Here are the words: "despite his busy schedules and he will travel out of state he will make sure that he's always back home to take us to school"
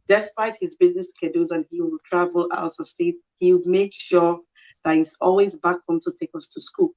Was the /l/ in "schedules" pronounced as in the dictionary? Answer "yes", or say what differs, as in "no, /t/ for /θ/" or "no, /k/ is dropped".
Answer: no, /l/ is dropped